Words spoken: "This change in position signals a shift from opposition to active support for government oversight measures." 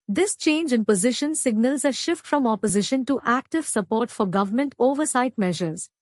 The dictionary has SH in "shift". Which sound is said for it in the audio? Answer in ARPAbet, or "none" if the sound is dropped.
SH